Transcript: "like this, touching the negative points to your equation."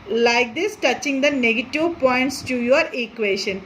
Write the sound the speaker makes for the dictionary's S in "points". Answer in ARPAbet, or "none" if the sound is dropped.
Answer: S